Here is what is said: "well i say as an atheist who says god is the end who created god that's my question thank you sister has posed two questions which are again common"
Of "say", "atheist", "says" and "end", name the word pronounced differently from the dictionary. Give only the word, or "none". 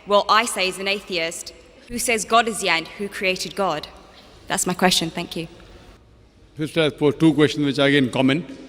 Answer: none